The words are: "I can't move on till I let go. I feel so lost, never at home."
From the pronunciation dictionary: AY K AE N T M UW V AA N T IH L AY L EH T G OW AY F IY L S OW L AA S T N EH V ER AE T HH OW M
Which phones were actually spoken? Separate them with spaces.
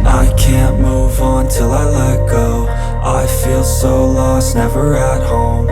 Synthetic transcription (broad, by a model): AY K AE N M UW V N T IH L AY L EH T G OW AY F IY L S OW L AA S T N EH V ER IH T HH OW M